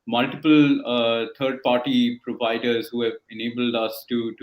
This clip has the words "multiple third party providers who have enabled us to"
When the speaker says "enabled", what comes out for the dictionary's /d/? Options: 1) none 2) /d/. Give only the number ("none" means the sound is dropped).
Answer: 2